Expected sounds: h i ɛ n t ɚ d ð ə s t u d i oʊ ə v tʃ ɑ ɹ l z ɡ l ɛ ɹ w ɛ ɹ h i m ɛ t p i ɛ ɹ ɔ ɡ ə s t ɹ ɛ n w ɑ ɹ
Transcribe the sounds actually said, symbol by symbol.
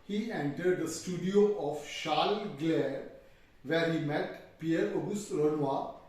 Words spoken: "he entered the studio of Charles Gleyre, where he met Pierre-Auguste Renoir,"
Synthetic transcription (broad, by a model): h i ɛ n t ɚ d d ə s t u d i oʊ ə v ʃ ɑ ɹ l ɡ l ɛ ɹ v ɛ ɹ h i m ɛ t p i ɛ ɹ ɔ ɡ ə s t ɹ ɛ n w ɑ